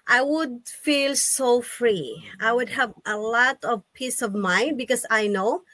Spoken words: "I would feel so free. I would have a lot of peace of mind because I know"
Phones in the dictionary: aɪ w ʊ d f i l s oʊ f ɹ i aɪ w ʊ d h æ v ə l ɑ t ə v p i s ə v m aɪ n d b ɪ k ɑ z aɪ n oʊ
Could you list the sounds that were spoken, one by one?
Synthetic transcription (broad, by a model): aɪ w ʊ d f i l s oʊ f ɹ i aɪ w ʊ d h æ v ə l ɑ t ə v p i s ə v m aɪ n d b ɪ k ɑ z aɪ n oʊ